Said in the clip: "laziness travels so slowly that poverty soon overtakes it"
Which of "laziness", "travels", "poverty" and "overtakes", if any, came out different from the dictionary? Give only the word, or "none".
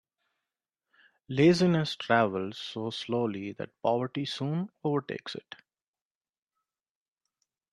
none